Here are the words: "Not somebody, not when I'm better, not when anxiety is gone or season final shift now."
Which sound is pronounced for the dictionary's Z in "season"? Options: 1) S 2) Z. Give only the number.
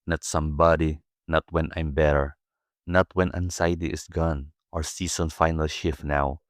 1